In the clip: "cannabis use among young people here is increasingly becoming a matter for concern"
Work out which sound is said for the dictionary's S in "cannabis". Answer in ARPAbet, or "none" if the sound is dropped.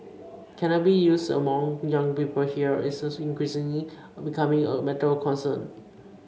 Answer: none